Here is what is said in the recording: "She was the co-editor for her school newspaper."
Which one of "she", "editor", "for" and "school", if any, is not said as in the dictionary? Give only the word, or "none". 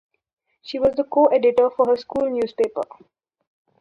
none